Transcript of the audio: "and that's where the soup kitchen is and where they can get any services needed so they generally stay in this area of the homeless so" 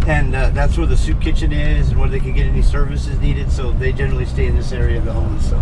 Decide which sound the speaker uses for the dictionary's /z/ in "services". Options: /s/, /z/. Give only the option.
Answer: /z/